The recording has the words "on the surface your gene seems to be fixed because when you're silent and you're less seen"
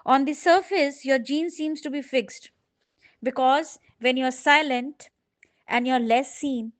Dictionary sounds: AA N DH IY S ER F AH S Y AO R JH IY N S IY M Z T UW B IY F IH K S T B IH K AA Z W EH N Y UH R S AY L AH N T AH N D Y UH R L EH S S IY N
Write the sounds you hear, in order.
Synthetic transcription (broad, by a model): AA N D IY S ER F AH S Y AO R JH IY N S IY M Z T UW B IY F IH K S T B IH K AA Z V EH N Y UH R S AY L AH N T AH N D Y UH R L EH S S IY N